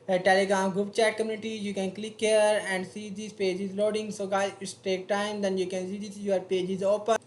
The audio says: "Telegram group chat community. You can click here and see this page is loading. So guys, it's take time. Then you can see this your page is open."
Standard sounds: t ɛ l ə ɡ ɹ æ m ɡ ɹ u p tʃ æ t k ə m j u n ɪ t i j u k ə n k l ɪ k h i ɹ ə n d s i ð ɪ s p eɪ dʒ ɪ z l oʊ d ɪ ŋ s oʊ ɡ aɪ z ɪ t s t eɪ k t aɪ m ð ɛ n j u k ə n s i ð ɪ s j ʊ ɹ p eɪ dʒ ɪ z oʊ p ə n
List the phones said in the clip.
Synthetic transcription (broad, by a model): t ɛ l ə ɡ ɹ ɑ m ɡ u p tʃ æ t k ə m j u n ɪ t i j u k ə n k l ɪ k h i ɹ ə n d s i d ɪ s p eɪ dʒ ɪ z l oʊ d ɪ ŋ s oʊ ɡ aɪ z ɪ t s t eɪ k t aɪ m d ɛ n j u k ə n s i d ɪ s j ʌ ɹ p eɪ dʒ ɪ z oʊ p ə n